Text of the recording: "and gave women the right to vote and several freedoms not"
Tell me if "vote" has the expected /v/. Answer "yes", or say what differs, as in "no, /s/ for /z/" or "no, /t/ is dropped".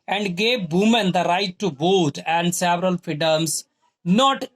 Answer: no, /b/ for /v/